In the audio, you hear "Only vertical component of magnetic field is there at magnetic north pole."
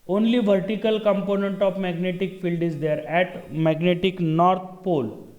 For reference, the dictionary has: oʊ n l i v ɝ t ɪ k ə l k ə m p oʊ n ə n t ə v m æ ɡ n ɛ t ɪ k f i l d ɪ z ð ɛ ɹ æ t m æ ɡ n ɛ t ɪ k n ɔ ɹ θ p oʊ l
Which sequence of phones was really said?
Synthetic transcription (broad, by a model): oʊ n l i v ɝ t ɪ k ə l k ə m p oʊ n ə n t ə f m æ ɡ n ɛ t ɪ k f i l d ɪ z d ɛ ɹ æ t m æ ɡ n ɛ t ɪ k n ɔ ɹ t p oʊ l